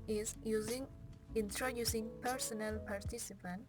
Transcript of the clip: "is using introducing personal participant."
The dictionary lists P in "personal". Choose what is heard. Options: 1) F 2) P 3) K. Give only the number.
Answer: 2